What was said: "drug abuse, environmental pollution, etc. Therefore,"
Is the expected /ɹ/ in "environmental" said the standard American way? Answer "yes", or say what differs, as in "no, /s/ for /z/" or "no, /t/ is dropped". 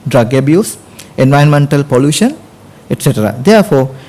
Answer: no, /ɹ/ is dropped